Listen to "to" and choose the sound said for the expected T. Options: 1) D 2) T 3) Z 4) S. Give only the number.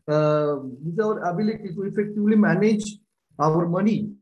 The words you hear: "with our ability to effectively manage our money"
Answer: 4